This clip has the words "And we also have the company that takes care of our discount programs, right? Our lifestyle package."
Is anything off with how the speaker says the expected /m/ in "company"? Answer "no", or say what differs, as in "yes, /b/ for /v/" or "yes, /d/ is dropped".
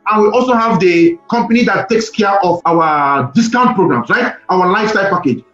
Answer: no